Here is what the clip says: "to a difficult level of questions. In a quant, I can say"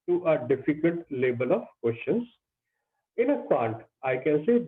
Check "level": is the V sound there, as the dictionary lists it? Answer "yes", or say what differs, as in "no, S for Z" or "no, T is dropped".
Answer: no, B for V